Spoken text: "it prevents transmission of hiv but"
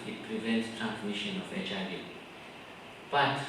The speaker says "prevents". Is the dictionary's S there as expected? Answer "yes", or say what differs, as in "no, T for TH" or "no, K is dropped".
yes